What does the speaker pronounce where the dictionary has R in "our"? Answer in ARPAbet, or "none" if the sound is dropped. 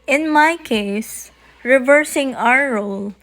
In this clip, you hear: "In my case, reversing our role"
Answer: W